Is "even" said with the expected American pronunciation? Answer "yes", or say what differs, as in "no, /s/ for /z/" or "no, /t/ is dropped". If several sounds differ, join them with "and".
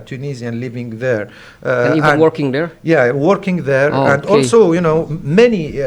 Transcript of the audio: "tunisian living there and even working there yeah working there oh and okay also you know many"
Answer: no, /w/ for /v/